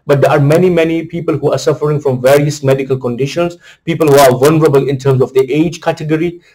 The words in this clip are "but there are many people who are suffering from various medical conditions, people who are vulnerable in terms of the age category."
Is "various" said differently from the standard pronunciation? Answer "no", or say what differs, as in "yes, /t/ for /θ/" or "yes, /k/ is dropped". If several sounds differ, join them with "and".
no